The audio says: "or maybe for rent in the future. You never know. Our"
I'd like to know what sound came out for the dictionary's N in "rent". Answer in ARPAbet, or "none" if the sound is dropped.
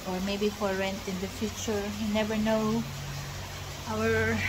N